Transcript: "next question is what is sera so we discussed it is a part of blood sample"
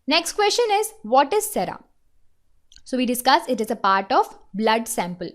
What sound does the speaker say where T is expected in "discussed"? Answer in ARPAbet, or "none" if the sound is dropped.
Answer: none